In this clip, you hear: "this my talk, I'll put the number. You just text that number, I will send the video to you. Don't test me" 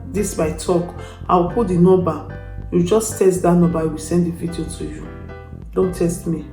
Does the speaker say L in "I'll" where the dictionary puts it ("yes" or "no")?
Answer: no